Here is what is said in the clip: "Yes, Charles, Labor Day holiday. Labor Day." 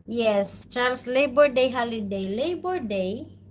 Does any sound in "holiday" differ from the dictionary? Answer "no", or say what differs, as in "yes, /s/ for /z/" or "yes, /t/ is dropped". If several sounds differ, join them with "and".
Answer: no